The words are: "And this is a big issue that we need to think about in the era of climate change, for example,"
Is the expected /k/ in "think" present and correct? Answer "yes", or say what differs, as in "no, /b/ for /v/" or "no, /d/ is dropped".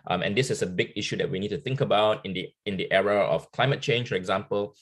yes